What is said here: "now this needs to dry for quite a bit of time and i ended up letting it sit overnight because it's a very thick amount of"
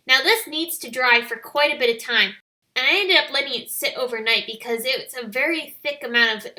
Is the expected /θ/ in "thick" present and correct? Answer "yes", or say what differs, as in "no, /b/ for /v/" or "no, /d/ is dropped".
yes